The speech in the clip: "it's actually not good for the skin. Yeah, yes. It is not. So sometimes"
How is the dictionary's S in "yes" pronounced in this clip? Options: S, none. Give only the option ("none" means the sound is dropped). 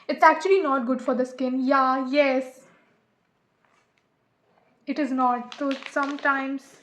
S